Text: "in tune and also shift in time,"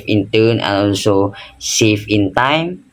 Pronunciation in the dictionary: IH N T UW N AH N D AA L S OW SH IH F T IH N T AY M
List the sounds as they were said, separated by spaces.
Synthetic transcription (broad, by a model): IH N T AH N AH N AA L S OW S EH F IH N T AY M